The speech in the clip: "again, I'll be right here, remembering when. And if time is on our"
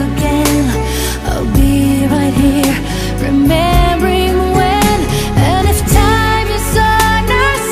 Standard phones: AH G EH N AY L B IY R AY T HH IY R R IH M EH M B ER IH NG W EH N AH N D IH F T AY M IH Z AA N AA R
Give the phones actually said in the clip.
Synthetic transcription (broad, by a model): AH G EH N AY L B IY R AY T HH IY R R IH M EH M B ER IH NG W EH N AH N IH F T AY M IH S AA N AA